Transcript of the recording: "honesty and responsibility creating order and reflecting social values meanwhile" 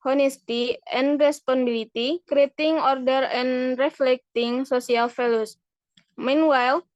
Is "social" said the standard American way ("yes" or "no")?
no